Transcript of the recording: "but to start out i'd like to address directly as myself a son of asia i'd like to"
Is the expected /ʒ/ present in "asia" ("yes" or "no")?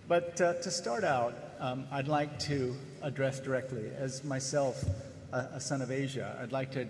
yes